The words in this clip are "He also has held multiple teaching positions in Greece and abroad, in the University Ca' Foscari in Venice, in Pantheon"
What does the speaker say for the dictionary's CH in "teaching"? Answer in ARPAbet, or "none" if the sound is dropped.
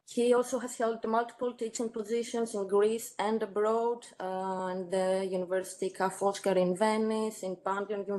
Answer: CH